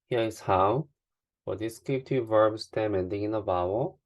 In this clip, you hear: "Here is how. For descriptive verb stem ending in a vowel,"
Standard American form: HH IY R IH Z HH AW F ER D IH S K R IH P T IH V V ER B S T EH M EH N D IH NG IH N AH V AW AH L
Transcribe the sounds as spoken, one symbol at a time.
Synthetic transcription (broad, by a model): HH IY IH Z HH AW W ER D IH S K IH T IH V V ER B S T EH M EH N D IH NG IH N AH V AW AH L